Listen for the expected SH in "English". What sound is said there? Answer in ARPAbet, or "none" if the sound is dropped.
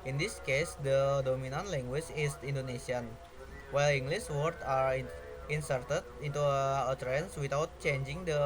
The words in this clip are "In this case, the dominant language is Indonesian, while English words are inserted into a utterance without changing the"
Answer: S